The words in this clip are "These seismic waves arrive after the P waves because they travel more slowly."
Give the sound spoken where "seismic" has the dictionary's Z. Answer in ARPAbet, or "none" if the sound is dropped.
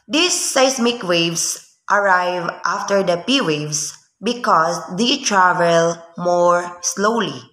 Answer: S